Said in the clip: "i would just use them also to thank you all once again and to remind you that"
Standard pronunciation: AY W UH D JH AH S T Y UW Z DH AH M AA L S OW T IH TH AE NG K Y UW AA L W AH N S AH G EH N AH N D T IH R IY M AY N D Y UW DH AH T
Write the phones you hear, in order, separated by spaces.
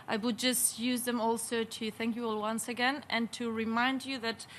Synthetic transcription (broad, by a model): AY W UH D JH AH S T Y UW Z DH AH M AA L S OW T IH TH AE NG K Y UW AA L W AH N S AH G EH N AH N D T IH R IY M AY N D Y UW DH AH T